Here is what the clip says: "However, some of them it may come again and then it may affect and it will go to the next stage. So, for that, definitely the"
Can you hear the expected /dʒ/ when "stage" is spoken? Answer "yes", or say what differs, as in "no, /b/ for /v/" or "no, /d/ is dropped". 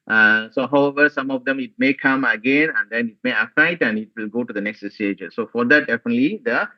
yes